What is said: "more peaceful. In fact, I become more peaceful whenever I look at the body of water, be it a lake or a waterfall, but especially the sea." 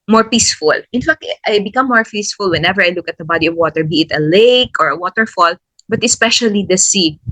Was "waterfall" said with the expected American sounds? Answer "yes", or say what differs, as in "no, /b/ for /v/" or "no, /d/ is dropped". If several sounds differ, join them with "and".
yes